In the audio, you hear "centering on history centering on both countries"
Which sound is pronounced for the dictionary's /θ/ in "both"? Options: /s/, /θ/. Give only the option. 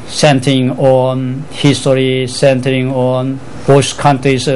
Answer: /s/